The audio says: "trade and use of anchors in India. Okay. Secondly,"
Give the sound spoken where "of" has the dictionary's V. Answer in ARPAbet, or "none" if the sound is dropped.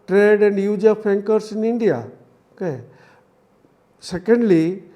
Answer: P